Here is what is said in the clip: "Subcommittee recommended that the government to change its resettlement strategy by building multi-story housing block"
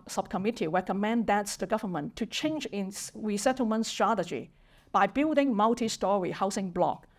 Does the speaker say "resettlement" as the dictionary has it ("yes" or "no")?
yes